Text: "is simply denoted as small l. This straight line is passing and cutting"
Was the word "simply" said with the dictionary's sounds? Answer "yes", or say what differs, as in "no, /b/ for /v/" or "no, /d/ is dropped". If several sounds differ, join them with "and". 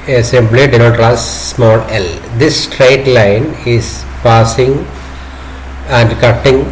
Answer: no, /b/ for /p/